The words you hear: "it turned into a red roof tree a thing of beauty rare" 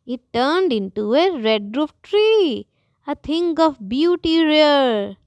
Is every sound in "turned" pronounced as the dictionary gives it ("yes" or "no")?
yes